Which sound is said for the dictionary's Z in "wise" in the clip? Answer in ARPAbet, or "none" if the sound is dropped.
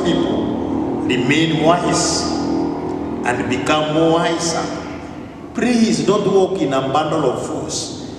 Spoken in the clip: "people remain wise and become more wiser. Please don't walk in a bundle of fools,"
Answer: S